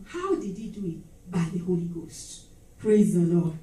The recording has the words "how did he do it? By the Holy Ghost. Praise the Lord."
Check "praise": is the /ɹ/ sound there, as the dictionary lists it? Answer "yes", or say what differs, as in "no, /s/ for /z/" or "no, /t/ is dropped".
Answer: yes